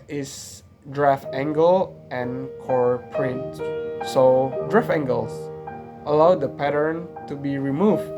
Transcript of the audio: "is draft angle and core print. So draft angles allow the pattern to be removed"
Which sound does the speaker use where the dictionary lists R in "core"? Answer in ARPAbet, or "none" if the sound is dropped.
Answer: R